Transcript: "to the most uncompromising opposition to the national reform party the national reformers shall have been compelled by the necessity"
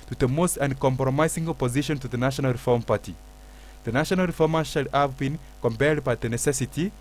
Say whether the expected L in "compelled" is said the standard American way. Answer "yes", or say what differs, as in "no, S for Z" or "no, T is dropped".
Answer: no, L is dropped